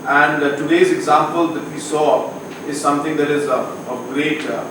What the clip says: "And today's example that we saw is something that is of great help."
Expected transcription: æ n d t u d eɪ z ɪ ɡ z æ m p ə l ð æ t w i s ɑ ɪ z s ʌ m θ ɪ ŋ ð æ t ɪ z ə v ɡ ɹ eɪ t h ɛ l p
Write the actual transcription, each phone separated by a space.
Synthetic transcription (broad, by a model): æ n d t u d eɪ z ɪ ɡ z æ m p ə l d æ t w i s ɑ ɪ z s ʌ m t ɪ ŋ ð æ t ɪ z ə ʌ ɡ ɹ eɪ t